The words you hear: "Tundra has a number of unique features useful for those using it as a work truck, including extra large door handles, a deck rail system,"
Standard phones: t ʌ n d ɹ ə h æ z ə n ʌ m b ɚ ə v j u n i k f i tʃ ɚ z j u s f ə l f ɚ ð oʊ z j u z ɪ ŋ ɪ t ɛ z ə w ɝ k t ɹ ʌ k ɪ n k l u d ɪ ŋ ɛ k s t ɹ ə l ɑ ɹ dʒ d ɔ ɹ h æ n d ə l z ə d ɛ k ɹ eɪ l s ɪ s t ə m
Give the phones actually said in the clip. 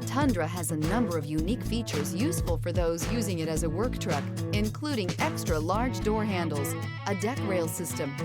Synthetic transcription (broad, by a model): t ʌ n d ɹ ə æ z ə n ʌ m b ɚ ə v j u n i k f i tʃ ɚ z j u s f ə l f ɚ ð oʊ z j u z ɪ ŋ ɪ t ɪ z ə w ɝ k t ɹ ʌ k ɪ n k l u d ɪ ŋ ɛ k s t ɹ ə l ɑ ɹ dʒ d ɔ ɹ h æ n d l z ə d ɛ k ɹ eɪ l s ɪ s t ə m